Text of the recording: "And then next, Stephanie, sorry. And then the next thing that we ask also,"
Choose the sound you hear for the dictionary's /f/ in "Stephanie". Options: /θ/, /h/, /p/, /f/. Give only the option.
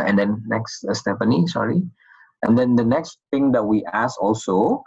/p/